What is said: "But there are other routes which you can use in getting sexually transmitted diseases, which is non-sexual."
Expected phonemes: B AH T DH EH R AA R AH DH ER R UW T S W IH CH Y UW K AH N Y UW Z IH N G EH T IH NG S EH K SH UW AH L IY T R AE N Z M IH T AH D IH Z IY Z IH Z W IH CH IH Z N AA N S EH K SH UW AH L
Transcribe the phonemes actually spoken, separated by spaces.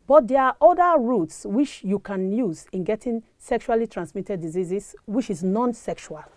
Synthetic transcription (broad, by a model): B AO T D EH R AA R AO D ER R UW T S W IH CH Y UW K AH N Y UW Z IH N G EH T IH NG S EH K SH UW AH L IY T R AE N S M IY T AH D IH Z IY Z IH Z W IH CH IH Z N AA N S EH K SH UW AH L